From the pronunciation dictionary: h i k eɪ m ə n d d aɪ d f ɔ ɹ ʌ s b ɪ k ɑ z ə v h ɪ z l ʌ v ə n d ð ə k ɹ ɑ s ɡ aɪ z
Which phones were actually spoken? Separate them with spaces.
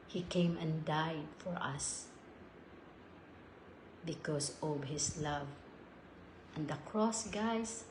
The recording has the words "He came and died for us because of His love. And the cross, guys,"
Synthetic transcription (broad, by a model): h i k eɪ m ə n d d aɪ d f ɔ ɹ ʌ s b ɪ k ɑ s ə v h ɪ s l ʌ v ə n d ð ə k ɹ ɑ s ɡ aɪ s